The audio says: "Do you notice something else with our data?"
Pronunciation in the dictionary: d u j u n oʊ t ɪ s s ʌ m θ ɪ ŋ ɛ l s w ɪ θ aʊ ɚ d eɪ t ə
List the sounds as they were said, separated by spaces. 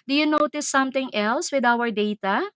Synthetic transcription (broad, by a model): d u j u n oʊ t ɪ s s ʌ m t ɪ ŋ ɛ l s w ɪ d aʊ ɚ d eɪ t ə